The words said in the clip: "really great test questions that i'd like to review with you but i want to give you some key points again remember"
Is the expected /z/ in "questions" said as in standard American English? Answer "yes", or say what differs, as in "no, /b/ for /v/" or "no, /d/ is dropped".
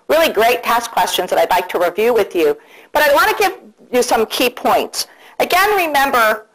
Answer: yes